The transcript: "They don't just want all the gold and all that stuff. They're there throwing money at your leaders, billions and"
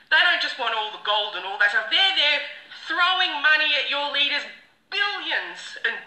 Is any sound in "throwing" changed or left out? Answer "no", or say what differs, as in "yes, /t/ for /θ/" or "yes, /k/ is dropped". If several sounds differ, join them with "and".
no